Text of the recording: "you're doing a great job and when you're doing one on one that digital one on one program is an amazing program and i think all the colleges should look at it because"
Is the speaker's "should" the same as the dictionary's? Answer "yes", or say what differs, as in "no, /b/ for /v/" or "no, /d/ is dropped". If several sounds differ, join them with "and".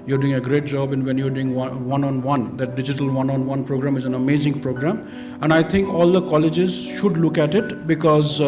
yes